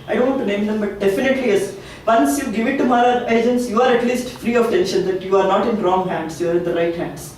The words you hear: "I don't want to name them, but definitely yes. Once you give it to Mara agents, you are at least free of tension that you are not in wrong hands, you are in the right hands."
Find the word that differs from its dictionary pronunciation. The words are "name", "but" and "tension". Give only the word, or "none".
none